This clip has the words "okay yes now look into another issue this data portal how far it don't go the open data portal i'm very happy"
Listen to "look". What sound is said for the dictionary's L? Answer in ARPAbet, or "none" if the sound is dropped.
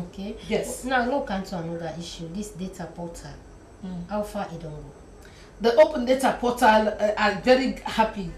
N